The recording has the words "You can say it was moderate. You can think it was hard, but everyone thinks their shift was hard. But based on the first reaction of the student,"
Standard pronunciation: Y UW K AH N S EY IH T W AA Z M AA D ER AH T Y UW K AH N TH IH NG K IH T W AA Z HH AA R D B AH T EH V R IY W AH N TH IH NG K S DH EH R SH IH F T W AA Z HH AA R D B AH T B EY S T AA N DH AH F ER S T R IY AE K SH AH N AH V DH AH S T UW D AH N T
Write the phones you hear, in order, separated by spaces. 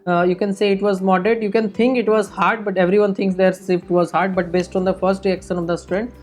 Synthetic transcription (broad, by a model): Y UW K AH N S EY IH T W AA Z M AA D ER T Y UW K AH N T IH NG K IH T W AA Z HH AA R D B AH T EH V R IY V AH N T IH NG K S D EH R S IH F T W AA Z HH AA R D B AH T B EY S T AA N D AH F ER S T R IY AE K SH AH N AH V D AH S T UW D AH N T